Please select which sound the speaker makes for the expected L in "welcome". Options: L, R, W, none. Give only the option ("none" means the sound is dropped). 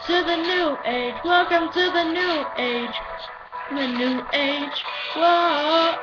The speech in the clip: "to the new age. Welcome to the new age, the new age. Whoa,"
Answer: L